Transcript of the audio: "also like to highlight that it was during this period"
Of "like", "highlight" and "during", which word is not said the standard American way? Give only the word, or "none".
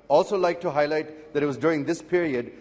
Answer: none